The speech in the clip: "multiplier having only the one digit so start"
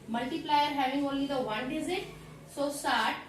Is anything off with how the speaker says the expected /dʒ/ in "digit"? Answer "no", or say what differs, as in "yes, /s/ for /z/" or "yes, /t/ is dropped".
yes, /z/ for /dʒ/